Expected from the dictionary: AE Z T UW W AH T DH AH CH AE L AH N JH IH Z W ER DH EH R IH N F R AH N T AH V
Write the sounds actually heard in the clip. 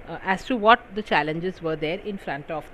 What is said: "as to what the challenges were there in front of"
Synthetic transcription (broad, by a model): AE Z T UW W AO T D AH CH AE L AH N JH IH Z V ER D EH R IH N F R AH N T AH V